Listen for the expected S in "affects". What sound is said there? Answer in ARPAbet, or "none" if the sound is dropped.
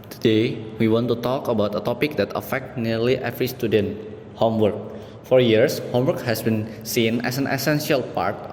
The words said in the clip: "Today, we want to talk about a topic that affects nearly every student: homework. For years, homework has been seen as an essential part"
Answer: none